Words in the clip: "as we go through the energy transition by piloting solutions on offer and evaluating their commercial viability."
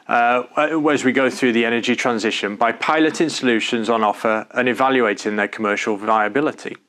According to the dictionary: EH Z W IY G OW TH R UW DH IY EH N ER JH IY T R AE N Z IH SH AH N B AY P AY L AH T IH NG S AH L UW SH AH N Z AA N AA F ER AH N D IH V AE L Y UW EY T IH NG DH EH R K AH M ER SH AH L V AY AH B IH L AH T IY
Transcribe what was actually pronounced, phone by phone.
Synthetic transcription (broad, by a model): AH Z W IY G OW TH R UW DH IY EH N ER JH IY T R AE N Z IH SH AH N B AY P AY L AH T IH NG S AH L UW SH AH N Z N AA F ER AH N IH V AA L Y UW EY T IH NG DH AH K AH M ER SH AH L V AY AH B IH L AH T IY